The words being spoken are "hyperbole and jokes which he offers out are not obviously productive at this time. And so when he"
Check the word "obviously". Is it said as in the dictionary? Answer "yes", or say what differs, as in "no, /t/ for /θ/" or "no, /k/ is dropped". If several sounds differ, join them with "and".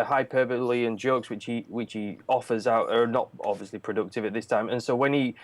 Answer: yes